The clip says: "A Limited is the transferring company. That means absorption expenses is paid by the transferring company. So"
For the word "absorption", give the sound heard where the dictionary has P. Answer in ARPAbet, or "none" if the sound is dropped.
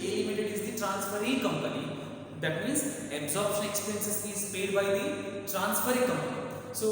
P